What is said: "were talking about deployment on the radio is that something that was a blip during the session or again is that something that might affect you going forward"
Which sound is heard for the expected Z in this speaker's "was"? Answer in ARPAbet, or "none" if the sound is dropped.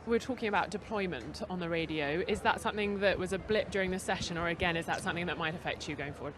Z